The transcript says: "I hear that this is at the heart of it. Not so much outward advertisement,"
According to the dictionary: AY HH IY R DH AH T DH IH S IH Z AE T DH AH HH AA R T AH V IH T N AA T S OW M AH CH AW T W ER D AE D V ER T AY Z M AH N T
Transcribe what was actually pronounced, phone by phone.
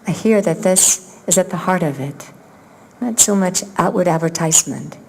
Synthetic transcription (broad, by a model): AY HH IY R DH AH T DH IH S IH Z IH T DH AH HH AA R T AH V IH T N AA T S OW M AH CH AW T W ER D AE D V ER T AY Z M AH N T